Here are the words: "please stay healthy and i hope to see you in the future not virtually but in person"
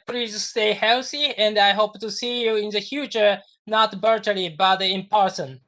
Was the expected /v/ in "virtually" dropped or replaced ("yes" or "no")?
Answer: yes